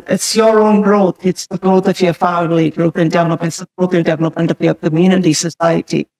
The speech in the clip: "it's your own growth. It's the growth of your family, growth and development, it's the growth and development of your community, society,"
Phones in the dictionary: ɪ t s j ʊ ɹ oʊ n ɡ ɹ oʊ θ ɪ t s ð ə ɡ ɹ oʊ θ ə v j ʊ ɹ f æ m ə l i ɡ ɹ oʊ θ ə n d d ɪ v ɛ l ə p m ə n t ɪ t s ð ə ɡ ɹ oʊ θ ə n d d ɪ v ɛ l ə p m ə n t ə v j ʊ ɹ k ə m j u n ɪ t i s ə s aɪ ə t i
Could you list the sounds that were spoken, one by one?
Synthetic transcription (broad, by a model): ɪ t s j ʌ ɹ oʊ n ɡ ɹ oʊ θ ɪ t s ð ə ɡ ɹ oʊ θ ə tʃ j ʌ f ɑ ə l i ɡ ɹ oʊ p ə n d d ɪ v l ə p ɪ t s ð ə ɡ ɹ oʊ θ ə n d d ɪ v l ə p ə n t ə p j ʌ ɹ k ə m j u n ɪ t i s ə s aɪ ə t i